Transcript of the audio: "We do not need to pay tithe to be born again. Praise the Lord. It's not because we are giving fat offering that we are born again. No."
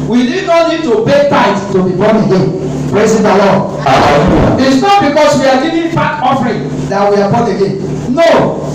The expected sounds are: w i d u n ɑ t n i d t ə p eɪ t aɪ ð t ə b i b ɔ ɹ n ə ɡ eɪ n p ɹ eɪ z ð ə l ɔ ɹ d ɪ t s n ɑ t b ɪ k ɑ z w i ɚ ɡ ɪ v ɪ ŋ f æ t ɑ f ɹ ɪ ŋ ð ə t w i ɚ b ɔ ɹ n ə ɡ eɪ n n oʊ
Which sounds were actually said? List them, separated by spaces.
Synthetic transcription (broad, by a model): w i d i n ɑ t n i d t ə b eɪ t aɪ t t ə b i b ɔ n ə ɡ eɪ n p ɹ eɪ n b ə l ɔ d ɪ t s n ɑ t b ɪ k ɑ s w i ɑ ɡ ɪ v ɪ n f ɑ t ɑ f ɹ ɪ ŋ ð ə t w i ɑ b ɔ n ə ɡ eɪ n n oʊ